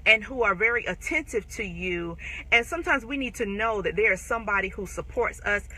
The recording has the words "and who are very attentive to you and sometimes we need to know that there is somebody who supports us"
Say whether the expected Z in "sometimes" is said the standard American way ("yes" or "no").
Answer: yes